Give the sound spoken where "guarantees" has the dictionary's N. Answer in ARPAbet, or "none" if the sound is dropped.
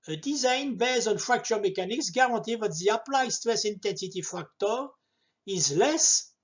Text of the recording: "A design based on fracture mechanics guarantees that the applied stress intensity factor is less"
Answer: none